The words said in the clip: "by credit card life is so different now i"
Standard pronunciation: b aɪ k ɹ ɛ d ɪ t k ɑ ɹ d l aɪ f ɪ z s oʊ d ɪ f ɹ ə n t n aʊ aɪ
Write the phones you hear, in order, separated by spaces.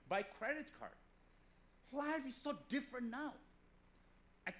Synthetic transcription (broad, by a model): b aɪ k ɹ ɛ d ɪ t k ɑ ɹ d w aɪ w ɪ s oʊ d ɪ f ɹ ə n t n aʊ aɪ